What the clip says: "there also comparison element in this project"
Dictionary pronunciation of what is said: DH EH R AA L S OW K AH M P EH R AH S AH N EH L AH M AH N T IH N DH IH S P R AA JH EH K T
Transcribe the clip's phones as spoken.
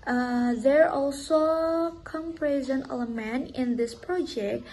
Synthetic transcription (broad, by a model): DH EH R AA L S OW K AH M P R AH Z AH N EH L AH M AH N IH N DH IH S P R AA JH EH K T